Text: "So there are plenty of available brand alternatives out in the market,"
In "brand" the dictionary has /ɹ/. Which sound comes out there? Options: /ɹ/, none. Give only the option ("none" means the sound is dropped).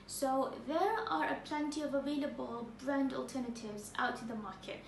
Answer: /ɹ/